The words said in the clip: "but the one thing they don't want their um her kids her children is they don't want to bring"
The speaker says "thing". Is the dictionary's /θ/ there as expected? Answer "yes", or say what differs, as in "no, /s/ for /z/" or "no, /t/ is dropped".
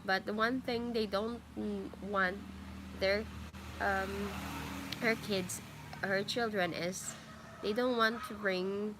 yes